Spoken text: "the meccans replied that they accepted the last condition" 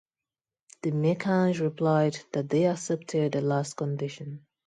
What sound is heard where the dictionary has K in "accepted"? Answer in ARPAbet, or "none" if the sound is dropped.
none